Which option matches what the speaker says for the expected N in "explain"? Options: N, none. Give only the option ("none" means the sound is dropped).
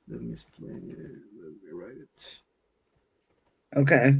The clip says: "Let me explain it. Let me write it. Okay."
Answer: none